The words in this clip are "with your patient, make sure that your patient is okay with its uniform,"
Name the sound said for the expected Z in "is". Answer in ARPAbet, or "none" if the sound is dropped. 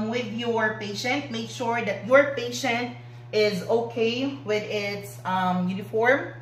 Z